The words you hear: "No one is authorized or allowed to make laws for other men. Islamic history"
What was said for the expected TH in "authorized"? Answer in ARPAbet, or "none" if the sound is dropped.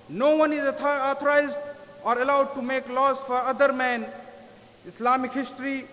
T